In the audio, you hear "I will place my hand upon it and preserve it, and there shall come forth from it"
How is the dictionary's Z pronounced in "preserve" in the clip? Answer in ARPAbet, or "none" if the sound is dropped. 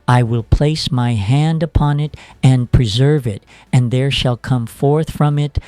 Z